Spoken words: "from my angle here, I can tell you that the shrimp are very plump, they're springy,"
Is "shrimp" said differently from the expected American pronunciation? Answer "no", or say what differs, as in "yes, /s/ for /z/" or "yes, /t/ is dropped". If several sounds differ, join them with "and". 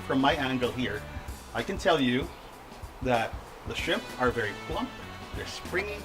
yes, /ɹ/ is dropped